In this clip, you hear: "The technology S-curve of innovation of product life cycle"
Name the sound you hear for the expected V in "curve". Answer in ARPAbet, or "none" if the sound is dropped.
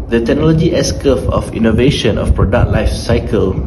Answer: F